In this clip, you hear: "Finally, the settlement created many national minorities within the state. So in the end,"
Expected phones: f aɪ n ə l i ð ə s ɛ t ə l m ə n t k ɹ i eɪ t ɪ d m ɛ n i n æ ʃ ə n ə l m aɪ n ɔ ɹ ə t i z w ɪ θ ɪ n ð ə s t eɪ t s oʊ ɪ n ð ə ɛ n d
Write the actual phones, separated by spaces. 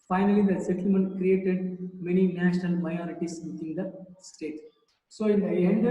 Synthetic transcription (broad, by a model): f aɪ n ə l i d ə s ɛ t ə l m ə n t k ɹ i eɪ t ɪ d m ɛ n i n æ ʃ ə n ə l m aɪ ɔ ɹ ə t i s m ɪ t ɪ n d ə s t eɪ t s oʊ ɪ n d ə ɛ n d